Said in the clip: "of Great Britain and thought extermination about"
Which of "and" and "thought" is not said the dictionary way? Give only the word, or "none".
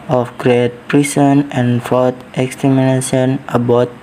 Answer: thought